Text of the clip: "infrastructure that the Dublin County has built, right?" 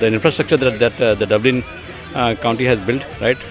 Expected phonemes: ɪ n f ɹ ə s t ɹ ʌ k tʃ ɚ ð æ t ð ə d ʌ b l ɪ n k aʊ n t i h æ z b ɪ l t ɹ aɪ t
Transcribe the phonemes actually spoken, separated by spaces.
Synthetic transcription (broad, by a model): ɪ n f ɹ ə s t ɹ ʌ k tʃ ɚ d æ t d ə d ʌ b l ɪ n k aʊ n t i h æ z b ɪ l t ɹ aɪ t